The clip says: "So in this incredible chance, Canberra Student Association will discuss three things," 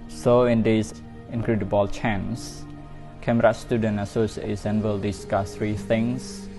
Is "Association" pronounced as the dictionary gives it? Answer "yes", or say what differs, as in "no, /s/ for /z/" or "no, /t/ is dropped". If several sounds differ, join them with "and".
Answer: no, /s/ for /ʃ/